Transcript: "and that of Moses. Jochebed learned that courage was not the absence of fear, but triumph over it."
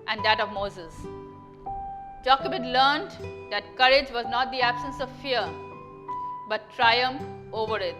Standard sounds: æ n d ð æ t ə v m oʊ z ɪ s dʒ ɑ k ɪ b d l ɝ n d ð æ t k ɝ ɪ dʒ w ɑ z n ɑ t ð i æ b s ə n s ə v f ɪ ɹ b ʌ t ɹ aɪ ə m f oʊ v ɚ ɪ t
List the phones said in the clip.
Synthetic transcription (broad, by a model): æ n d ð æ t ə v m oʊ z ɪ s dʒ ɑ k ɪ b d l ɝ n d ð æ t k ɝ ɪ dʒ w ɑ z n ɑ t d i æ b s ə n s ə v f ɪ ɹ b ʌ t ɹ aɪ ə m f oʊ v ɚ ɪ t